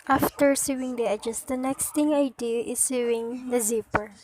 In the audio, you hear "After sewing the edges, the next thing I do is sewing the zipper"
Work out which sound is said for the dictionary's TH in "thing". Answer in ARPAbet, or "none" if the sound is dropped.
T